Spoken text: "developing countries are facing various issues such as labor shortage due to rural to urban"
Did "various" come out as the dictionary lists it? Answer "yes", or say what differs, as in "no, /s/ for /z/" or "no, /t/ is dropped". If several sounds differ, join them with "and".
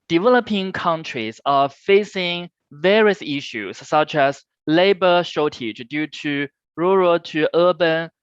yes